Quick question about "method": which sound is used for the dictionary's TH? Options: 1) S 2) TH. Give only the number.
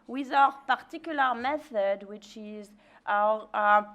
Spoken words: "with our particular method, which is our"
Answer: 2